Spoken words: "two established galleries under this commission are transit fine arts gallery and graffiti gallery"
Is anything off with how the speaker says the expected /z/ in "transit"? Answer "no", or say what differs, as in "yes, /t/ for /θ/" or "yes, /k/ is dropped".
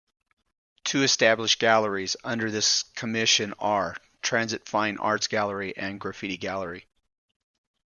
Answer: no